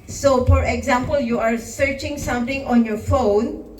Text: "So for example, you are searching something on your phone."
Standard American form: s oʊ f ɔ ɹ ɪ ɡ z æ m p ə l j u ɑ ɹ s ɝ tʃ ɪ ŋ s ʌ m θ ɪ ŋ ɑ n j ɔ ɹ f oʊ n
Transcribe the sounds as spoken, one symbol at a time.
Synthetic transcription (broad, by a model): s oʊ f ɔ ɹ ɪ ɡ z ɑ m p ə l j u ɑ ɹ s ɝ tʃ ɪ ŋ s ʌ m t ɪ ŋ ɑ n j ɔ ɹ f oʊ n